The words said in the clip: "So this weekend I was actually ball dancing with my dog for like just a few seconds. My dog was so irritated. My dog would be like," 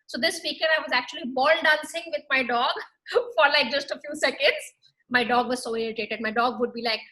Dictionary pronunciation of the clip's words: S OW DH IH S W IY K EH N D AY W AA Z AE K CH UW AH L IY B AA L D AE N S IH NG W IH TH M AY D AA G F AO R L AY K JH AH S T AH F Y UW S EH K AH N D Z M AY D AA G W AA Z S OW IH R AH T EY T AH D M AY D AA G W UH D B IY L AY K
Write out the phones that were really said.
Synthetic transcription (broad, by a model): S OW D IH S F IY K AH D AY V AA Z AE K CH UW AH L IY B AA L D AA N S IH NG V IH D M AY D AA G F AO R L AY K JH AH S T AH F Y UW S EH K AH N D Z M AY D AA G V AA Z S OW IH R AH T EY T AH D M AY D AA G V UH D B IY L AY K